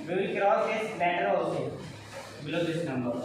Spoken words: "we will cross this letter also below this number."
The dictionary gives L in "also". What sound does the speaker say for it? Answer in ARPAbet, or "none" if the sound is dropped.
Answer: none